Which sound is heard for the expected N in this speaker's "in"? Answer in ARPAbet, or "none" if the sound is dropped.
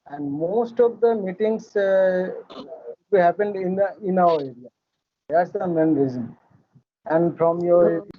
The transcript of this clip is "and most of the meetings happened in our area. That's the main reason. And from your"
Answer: N